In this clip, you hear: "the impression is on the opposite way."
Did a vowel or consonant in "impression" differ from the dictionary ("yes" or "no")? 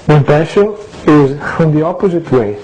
yes